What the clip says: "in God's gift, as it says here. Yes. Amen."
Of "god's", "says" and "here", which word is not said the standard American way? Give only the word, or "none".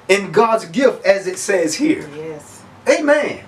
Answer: none